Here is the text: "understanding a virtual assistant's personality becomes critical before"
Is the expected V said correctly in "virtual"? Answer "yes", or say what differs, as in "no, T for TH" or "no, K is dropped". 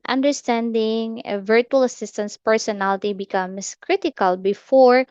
yes